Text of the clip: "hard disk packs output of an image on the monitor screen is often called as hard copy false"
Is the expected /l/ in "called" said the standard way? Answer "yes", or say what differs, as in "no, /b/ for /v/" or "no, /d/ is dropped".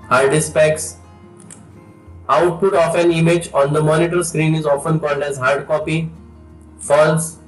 yes